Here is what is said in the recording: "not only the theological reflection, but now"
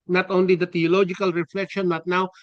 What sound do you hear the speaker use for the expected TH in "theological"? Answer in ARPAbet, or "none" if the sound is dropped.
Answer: T